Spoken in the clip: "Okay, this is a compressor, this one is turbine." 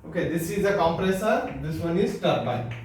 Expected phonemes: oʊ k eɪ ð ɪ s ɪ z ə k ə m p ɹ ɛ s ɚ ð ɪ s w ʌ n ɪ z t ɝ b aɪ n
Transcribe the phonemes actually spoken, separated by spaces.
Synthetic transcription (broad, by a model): oʊ k eɪ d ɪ s ɪ z ə k ə m p ɹ ɛ s ɚ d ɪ s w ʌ n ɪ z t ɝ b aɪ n